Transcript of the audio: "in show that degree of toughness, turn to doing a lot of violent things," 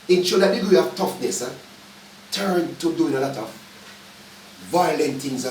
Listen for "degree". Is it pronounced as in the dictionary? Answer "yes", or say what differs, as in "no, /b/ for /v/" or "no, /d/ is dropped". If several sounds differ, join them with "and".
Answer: no, /ɹ/ is dropped